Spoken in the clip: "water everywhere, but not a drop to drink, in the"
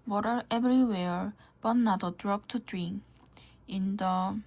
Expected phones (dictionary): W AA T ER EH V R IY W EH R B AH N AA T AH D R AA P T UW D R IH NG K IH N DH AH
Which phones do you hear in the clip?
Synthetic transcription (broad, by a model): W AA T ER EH B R IY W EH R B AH N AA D AH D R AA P T UW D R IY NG IH N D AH